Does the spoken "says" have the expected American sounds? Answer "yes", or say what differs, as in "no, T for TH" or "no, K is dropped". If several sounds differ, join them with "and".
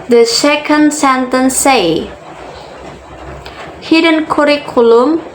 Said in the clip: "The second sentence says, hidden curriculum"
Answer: no, Z is dropped